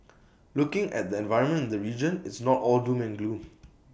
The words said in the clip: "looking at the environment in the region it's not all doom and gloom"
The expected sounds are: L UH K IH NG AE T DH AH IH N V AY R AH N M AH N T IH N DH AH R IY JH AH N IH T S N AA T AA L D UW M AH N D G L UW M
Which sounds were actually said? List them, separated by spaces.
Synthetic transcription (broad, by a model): L UH K IH NG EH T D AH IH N V AY R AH N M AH N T IH N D AH R IY JH AH N IH T S N AA T AA L D UW M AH N G L UW